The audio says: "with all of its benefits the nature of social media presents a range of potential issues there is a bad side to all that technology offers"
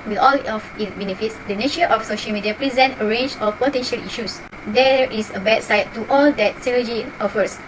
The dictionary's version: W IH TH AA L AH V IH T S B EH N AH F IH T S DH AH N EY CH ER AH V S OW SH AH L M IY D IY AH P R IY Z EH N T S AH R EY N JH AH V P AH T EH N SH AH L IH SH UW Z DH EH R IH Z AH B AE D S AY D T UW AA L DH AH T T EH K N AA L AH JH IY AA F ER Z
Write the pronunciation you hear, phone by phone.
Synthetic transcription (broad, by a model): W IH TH AA L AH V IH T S B EH N AH F IH T S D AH N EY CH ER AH F S OW SH AH L M IY D IY AH P R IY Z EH N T AH R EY N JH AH F P AH T EH N SH AH L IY SH UW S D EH R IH S AH B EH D S AY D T UW AA L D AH T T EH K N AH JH IY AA F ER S